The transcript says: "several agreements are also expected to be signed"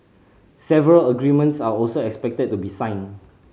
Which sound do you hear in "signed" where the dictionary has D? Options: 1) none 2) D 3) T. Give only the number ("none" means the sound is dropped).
1